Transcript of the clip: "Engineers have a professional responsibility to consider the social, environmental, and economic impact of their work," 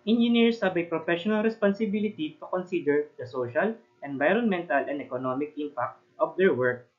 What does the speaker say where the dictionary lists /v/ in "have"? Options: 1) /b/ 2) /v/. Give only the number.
1